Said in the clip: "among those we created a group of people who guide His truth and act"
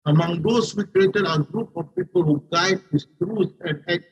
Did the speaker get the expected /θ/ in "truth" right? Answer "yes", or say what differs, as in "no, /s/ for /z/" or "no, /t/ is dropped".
no, /s/ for /θ/